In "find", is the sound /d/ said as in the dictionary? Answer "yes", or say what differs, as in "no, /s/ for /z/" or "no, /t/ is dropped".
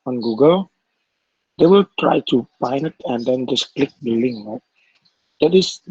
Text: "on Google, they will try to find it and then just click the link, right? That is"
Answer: no, /d/ is dropped